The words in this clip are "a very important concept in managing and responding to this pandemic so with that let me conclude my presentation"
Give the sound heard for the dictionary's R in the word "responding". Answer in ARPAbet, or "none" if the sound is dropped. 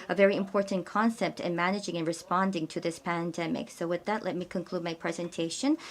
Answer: R